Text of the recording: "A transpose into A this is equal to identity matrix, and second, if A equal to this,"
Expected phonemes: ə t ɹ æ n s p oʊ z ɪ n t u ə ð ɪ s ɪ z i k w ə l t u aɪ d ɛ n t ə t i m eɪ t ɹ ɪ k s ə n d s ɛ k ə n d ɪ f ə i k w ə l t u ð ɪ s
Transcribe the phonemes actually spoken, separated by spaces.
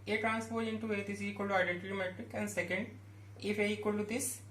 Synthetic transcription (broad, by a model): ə t ɹ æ n s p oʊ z ɪ n t u ə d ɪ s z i k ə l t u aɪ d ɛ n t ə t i m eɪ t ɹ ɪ k ə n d s ɛ k ə n d ɪ f ə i k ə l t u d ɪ s